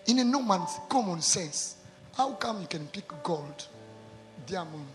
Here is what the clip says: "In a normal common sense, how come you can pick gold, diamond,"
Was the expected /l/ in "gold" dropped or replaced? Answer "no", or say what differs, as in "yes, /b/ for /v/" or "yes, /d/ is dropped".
no